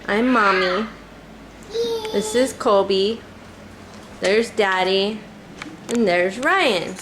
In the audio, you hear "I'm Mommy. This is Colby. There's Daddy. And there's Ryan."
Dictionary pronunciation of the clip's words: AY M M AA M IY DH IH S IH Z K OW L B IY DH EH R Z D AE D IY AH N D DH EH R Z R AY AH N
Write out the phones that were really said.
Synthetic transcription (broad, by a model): AY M M AA M IY DH IH S IH Z K OW B IY DH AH R Z D AE D IY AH N DH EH R Z R AY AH N